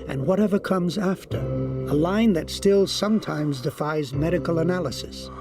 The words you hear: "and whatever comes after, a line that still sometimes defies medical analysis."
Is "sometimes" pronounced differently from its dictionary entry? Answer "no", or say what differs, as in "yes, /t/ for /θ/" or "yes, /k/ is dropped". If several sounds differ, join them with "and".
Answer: no